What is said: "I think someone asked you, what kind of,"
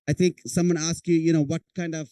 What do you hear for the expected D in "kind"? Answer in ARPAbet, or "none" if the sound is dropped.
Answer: D